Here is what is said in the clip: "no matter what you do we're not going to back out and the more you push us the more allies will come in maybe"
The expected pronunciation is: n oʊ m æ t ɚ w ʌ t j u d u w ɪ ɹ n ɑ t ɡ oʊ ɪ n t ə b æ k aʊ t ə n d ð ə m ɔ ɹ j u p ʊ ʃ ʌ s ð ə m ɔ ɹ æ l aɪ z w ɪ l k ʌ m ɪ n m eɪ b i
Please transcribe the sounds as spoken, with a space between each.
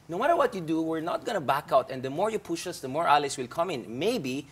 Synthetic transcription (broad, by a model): n oʊ m æ t ɚ w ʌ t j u d u w ɪ ɹ n ɑ t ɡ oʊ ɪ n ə b æ k aʊ t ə n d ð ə m ɔ ɹ j u p ʊ ʃ ʌ s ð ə m ɔ ɹ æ l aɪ s w ɪ l k ʌ m ɪ n m eɪ b i